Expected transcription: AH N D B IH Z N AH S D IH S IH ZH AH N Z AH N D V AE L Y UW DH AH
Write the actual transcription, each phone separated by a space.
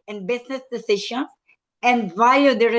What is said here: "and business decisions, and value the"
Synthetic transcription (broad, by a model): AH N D B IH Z N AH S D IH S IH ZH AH N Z AH N D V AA Y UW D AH